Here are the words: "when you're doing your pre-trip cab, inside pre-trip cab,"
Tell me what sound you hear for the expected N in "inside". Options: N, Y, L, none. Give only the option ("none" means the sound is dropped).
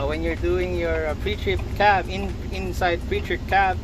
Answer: N